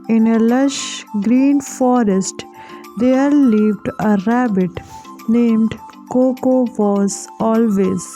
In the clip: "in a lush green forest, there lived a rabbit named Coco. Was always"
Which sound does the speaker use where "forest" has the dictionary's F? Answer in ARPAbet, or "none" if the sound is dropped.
F